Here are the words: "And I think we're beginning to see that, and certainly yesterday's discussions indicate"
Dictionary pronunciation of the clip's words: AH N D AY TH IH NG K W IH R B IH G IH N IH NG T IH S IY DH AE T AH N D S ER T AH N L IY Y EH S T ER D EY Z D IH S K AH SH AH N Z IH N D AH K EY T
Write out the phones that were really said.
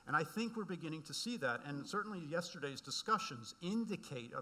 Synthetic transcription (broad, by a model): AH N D AY TH IH NG K W IH R B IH G IH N IH NG T IH S IY DH AE T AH N S ER T N L IY Y EH S T ER D EY Z D IH S K AH SH AH N Z IH N D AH K EY T